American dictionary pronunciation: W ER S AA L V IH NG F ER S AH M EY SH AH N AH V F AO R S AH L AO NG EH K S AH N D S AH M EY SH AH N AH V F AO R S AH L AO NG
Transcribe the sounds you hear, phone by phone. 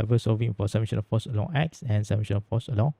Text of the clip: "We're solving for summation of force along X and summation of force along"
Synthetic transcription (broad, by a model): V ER S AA V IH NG F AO S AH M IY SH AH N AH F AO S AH L AO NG EH K S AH N S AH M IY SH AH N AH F AO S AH L AO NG